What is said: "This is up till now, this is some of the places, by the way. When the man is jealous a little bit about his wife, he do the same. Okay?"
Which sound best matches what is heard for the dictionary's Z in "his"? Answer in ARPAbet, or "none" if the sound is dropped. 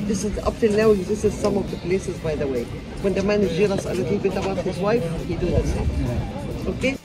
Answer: Z